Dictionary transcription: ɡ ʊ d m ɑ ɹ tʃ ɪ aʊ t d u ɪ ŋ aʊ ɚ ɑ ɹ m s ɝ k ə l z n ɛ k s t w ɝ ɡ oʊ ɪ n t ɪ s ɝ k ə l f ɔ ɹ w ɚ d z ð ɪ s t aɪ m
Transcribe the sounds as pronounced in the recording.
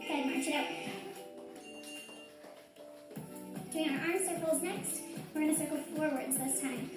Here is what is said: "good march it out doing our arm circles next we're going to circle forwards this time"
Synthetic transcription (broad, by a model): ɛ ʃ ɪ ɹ ɪ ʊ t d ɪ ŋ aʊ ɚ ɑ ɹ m s ɝ k l z n ɛ k s t w ɝ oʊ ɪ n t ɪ s ɝ k l f ɔ ɹ w ɚ d z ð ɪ s t aɪ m